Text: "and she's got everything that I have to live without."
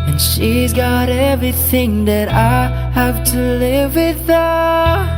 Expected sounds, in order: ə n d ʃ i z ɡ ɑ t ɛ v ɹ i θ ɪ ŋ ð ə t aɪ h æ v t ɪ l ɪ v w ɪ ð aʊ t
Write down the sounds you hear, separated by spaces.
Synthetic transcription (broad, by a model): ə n ʃ i z ɡ ɑ t ɛ v ɹ i θ ɪ ŋ ð ə t aɪ h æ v t ɪ l ɪ v w ɪ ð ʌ